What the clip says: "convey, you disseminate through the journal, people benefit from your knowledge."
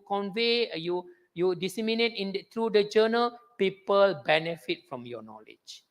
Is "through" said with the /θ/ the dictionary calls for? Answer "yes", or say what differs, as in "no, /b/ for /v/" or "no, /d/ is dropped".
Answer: no, /t/ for /θ/